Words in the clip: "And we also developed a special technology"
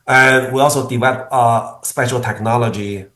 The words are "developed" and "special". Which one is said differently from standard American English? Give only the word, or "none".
developed